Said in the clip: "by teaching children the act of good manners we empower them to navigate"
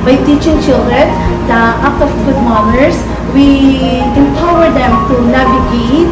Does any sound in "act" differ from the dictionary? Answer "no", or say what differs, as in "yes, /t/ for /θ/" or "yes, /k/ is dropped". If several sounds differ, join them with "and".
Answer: yes, /k/ is dropped